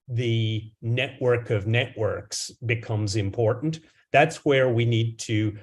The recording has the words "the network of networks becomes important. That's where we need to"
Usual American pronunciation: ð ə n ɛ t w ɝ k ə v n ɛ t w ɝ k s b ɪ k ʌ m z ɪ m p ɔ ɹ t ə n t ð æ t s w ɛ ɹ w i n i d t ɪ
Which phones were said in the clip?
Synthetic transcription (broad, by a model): ð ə n ɛ t w ɝ k ə v n ɛ t w ɝ k s b ɪ k ʌ m z ɪ m p ɔ ɹ t n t ð æ t s w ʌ ɹ w i n i d t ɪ